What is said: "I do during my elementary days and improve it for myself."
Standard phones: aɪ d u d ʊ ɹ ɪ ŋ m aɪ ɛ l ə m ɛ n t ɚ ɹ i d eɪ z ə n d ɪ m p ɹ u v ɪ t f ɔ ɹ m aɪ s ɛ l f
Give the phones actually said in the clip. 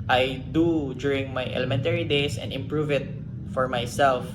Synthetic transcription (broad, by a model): aɪ d u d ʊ ɹ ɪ ŋ m aɪ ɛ l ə m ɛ n t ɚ ɹ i d eɪ s ə n d ɪ m p ɹ u v ɪ t f ɔ ɹ m aɪ s ɛ l f